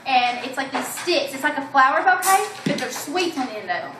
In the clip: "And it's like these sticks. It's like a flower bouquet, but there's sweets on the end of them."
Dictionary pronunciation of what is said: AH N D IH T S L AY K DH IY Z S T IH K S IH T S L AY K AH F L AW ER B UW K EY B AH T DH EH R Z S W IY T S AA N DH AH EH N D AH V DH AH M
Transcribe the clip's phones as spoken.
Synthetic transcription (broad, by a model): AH N IH T S L AY K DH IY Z S T IH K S IH T S L AY K AH F L AW ER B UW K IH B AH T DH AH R S W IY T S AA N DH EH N AH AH